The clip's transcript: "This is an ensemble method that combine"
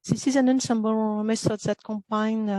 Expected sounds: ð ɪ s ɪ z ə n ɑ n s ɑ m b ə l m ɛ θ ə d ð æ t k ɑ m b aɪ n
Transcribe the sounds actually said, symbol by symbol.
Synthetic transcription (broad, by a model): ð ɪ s ɪ z ə n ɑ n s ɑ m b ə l m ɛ s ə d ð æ t k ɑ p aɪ n